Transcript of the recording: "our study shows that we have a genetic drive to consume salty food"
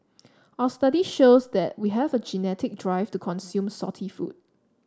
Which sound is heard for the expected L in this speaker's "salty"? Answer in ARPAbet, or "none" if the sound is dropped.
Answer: none